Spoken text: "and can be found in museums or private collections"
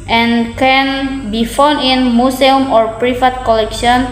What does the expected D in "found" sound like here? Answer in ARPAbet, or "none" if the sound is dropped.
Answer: none